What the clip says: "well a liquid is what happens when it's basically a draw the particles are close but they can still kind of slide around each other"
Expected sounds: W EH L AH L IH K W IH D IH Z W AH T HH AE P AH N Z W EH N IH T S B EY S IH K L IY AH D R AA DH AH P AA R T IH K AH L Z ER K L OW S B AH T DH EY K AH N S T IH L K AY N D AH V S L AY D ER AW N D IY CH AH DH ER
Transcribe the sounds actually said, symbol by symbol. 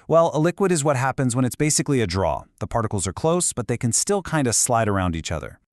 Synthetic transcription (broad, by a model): W EH L AH L IH K W IH D IH Z W AH T HH AE P AH N Z W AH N IH T S B EY S IH K L IY AH D R AA DH AH P AA R T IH K L Z ER K L OW S B AH T DH EY K AH N S T IH L K AY N D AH S L AY D ER AW N D IY CH AH DH ER